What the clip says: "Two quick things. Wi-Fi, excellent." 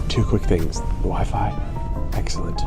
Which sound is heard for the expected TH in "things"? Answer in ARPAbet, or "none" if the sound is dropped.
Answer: TH